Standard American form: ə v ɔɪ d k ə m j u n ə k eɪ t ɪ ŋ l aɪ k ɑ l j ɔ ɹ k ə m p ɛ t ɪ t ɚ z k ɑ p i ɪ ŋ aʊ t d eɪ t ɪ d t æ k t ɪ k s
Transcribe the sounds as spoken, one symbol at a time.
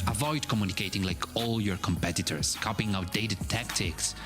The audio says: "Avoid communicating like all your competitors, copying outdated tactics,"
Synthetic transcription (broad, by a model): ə v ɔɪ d k ə m j u n ə k eɪ t ɪ ŋ l aɪ k ɑ l j ɔ ɹ k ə m p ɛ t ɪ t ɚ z k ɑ p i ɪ ŋ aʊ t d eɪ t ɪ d t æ k t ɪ k s